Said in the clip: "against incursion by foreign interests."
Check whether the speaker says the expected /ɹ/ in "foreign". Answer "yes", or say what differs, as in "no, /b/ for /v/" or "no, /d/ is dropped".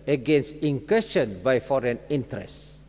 yes